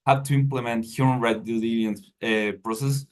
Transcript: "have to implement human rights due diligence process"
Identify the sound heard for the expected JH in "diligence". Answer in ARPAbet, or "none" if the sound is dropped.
none